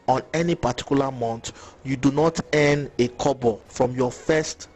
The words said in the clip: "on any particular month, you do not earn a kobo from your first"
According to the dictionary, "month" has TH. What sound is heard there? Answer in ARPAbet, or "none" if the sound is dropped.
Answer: T